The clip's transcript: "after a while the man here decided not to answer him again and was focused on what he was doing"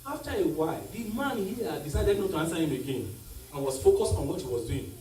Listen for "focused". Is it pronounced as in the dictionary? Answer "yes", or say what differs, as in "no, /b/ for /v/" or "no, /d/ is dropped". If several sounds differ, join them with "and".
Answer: yes